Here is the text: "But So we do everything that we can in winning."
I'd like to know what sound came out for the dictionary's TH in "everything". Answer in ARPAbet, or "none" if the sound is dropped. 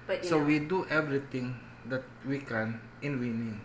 T